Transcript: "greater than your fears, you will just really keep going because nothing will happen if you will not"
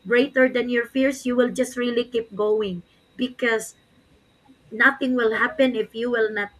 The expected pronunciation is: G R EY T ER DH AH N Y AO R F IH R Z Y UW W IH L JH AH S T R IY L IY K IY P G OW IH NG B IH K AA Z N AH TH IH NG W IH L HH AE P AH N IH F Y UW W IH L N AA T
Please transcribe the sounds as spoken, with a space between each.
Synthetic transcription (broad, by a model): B R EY T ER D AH N Y AO R F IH R S Y UW W IH L JH AH S T R IY L IY K IY P G OW IH NG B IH K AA S N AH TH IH NG W IH L HH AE P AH N IH F Y UW W IH L N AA T